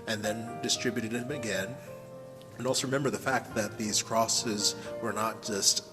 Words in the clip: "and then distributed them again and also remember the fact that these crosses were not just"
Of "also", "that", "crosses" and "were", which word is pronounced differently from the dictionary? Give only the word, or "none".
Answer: none